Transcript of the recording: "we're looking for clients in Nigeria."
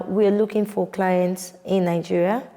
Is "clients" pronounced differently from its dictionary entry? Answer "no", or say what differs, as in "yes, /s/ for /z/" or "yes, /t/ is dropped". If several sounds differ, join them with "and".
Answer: no